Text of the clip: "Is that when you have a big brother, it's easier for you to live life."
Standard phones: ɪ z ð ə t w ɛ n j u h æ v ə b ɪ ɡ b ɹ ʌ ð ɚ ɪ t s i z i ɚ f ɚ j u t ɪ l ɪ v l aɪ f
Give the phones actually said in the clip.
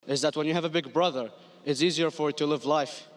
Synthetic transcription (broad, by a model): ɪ z ð ə t w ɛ n j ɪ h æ v ə b ɪ ɡ b ɹ ʌ ð ɚ ɪ t s i z i ɚ f ɚ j t ɪ l ɪ v l aɪ f